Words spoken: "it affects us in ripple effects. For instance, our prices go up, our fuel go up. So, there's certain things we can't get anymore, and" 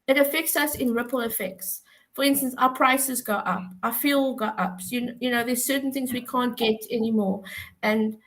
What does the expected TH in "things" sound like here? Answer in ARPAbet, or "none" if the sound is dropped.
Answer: TH